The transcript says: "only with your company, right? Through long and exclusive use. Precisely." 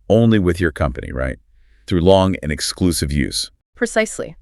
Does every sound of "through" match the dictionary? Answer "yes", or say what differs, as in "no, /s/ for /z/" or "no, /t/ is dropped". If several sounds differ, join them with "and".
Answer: yes